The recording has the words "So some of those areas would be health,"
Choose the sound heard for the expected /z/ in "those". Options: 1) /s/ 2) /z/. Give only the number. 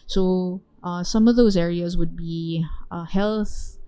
2